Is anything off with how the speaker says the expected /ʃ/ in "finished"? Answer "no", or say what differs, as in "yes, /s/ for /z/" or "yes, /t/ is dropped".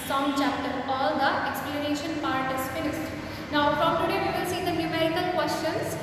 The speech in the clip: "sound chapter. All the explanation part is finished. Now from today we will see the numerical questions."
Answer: yes, /s/ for /ʃ/